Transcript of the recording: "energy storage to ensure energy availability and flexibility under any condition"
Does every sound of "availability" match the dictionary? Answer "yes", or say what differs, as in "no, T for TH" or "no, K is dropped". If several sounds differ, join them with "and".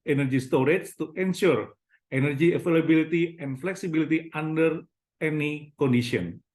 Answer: no, F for V